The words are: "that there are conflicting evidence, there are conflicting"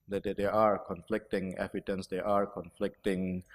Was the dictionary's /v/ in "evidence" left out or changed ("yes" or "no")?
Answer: yes